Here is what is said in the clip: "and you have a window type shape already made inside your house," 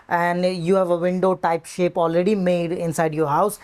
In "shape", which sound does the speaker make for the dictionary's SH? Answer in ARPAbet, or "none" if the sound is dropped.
SH